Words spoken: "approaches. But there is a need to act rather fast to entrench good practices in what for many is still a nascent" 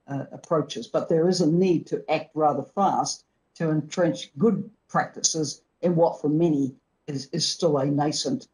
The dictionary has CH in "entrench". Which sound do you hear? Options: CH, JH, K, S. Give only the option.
CH